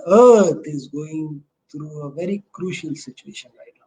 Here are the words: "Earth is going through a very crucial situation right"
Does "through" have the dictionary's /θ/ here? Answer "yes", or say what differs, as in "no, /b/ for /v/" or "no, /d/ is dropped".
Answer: no, /t/ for /θ/